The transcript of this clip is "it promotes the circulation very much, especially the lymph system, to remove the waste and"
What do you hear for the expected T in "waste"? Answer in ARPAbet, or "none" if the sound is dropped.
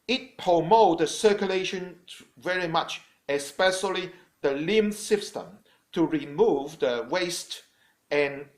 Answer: T